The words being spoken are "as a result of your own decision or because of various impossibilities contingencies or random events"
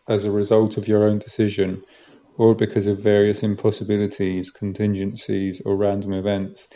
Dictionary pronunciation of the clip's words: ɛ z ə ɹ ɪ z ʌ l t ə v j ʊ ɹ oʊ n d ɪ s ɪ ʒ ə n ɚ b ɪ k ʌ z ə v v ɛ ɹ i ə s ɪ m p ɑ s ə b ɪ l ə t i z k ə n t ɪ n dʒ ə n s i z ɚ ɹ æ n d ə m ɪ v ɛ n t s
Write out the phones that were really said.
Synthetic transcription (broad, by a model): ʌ z ə ɹ ɪ z ʌ l t ə v j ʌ ɹ oʊ n d ɪ s ɪ ʒ ə n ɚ b ɪ k ʌ z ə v v ɛ ɹ i ə s ɪ m p ɑ s ə b ɪ l ə t i z k ə n t ɪ n dʒ ə n s i z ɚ ɹ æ n d ə m ɪ v ɛ n t s